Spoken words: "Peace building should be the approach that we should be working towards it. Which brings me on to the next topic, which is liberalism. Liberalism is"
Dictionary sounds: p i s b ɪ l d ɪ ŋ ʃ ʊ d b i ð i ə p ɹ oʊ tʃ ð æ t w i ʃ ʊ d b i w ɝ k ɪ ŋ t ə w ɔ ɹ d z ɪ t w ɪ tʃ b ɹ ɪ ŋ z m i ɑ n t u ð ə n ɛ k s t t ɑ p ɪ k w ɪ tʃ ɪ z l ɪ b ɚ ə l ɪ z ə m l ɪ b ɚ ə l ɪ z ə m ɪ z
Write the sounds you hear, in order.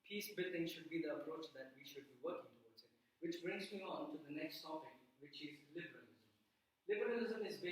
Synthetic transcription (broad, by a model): p i s b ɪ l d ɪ ŋ ʃ ʊ d b i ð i ə p ɹ oʊ tʃ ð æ t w i ʃ ʊ d b i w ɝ k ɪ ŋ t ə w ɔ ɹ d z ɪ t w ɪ tʃ b ɹ ɪ ŋ z m i ɑ n t u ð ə n ɛ k s t s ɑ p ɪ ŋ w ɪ tʃ ɪ z l ɪ b ɚ ə l ɪ z ə m l ɪ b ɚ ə l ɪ z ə m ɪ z